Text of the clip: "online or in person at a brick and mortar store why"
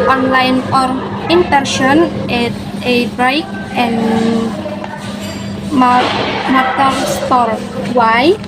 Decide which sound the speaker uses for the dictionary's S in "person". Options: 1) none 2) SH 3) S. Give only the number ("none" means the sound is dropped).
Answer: 2